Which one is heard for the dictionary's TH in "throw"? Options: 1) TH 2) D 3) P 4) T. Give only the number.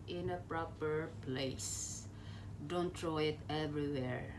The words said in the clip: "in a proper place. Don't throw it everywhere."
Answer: 4